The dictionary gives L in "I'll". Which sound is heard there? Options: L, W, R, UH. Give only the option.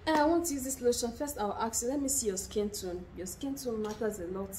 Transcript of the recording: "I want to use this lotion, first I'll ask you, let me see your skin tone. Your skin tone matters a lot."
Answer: W